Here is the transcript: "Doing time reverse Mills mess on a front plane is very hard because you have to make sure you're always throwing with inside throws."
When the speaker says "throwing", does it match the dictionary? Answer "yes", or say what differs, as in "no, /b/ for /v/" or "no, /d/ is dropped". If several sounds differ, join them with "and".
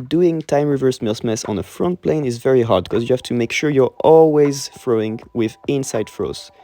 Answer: no, /f/ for /θ/